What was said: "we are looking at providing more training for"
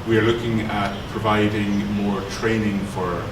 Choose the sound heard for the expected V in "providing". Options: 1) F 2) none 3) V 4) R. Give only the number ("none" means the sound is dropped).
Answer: 3